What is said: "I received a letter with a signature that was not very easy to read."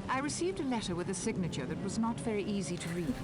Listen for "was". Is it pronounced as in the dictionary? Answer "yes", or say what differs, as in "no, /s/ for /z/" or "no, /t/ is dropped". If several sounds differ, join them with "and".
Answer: yes